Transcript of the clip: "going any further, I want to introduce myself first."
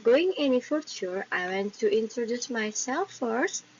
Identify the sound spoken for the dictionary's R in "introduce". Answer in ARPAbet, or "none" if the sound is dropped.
R